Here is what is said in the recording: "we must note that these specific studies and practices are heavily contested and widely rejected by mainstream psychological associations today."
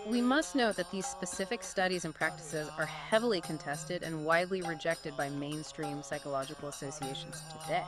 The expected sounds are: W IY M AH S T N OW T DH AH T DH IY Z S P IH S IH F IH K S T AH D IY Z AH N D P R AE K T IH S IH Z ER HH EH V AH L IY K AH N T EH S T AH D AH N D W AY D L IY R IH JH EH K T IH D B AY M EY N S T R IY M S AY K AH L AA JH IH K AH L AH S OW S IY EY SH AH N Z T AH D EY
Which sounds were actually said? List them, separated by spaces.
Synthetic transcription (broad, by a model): W IY M AH S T N OW T DH AH T DH IY Z S P IH S IH F IH K S T AH D IY Z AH N P R AE K T IH S IH Z ER HH EH V L IY K AH N T EH S T AH D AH N W AY D L IY R IH JH EH K T IH D B AY M EY N S T R IY M S AY K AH L AA JH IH K L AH S OW S IY EY SH N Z T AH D EY